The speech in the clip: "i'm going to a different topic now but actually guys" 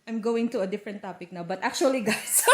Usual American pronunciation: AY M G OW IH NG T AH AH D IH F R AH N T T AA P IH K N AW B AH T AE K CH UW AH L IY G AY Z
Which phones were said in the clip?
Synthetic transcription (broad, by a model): AY M G OW IH NG T AH AH D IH F R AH N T T AA P IH K N AW B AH T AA K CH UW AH L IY G AY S